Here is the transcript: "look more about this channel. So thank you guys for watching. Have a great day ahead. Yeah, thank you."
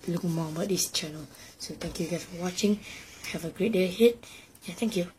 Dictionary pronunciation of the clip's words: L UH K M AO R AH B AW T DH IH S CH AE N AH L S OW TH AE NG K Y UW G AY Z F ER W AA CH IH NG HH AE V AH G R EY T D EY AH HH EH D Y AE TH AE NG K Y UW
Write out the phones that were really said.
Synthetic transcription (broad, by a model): L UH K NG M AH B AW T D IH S CH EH N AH L S OW T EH NG K Y UW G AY S F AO W AA CH IH NG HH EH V AH G R EY T D EY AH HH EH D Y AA T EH NG K Y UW